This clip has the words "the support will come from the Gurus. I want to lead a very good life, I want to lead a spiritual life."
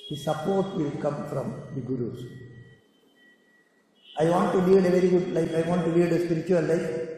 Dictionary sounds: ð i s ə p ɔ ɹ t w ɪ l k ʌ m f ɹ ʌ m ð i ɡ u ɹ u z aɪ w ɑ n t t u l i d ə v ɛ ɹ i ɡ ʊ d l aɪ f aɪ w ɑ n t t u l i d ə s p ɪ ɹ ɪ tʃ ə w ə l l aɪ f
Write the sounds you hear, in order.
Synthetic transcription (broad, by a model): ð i s ə p ɔ ɹ t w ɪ l k ʌ m f ɹ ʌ m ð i ɡ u ɹ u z aɪ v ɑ n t t u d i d ə v ɛ ɹ i ɡ ʊ d l aɪ f aɪ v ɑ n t t u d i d ə s p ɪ ɹ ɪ tʃ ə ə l l aɪ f